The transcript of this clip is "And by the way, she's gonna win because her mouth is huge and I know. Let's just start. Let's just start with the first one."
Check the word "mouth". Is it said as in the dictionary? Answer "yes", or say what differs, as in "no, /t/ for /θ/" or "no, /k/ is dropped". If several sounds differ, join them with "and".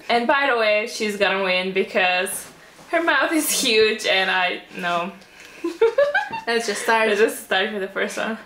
yes